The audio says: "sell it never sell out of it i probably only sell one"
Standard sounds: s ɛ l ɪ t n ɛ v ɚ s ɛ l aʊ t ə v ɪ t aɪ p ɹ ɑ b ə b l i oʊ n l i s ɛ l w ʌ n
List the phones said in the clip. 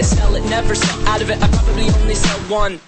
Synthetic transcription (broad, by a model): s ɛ l ɪ t n ɛ v ɚ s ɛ aʊ t ə v ɪ t aɪ p ɹ ɑ b ə b l i oʊ n l i s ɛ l w ʌ n